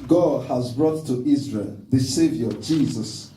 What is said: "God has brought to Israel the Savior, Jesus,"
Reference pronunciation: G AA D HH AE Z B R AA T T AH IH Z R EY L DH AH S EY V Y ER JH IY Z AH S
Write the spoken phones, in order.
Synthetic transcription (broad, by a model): G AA D HH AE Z B R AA T T IH Z R EY L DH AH S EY V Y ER JH IY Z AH S